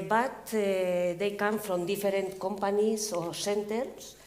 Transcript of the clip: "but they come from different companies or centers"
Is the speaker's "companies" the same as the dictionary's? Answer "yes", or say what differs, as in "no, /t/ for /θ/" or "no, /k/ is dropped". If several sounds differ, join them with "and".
no, /s/ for /z/